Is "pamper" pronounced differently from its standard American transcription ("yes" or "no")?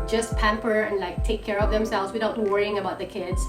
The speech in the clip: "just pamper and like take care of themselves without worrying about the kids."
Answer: no